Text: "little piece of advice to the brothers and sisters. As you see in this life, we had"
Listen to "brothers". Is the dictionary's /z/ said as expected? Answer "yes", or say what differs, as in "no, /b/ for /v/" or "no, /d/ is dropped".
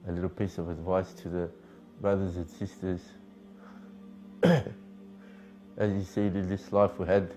yes